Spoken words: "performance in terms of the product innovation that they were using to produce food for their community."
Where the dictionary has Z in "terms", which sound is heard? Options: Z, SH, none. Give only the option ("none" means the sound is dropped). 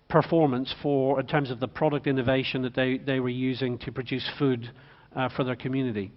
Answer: Z